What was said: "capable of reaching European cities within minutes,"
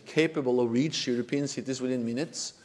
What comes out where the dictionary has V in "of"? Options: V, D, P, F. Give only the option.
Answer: V